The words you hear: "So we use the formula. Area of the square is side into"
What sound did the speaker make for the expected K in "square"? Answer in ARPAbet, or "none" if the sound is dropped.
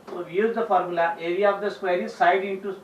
K